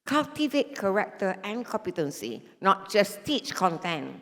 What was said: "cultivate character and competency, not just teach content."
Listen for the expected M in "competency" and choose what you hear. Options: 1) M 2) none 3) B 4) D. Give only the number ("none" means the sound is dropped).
1